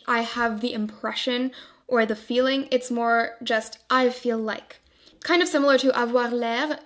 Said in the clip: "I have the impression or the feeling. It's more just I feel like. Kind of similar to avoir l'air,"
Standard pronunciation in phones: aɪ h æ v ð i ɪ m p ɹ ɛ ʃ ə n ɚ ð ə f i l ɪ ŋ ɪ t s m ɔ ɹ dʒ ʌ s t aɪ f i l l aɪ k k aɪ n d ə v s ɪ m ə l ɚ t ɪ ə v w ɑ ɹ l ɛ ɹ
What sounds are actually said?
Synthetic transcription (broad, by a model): aɪ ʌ v ð i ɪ m p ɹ ɛ ʃ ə n ɚ ð ə f i l ɪ ŋ ɪ t s m ɔ ɹ dʒ ʌ s t aɪ f i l l aɪ k k aɪ n d ə v s ɪ m l ɚ t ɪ ə v w ɑ ɹ l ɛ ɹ